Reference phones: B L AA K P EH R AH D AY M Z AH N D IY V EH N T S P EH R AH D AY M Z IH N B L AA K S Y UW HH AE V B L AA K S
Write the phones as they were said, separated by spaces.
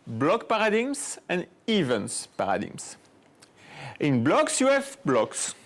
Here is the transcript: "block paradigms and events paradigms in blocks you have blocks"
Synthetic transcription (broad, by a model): B L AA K P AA R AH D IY M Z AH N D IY V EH N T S P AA R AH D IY M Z IH N B L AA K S Y UW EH F B L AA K S